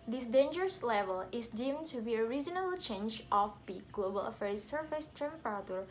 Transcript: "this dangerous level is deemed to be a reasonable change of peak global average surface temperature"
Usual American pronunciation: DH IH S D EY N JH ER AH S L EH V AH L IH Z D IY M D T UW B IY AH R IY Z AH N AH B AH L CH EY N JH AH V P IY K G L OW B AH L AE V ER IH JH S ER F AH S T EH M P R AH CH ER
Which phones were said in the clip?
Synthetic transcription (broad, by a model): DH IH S D EY N JH ER AH S L EH V AH L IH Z D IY M T UW B IY AH R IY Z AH N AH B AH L CH EY N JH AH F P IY G L OW B AH L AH F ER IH S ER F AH S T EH M P R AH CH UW